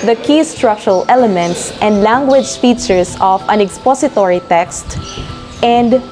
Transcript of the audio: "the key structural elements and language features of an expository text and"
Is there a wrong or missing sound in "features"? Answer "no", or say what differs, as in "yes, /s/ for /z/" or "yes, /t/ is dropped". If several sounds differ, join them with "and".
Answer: yes, /s/ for /z/